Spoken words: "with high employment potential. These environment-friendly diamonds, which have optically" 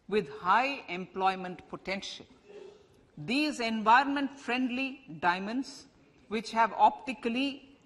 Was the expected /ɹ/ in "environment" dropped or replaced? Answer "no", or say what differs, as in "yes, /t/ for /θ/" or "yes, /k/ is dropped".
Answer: no